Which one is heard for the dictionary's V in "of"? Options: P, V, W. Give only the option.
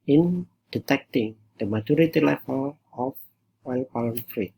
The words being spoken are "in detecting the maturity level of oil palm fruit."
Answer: W